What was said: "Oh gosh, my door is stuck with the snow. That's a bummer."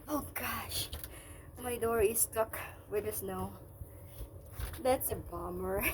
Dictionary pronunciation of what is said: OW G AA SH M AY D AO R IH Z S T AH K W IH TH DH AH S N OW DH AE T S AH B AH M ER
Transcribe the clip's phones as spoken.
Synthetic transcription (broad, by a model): OW G AA SH M AY D AO R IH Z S T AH K W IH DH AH S N OW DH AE T S AH B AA M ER